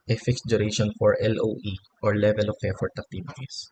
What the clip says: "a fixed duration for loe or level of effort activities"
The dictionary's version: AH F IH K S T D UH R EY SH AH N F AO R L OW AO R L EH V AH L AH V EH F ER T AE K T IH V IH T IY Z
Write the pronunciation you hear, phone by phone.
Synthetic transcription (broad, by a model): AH F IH K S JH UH R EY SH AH N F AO R L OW AO R L EH V AH L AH P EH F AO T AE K T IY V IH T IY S